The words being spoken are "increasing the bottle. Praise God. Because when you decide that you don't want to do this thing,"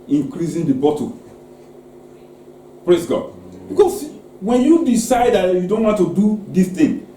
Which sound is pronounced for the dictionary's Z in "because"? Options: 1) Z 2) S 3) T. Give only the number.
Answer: 2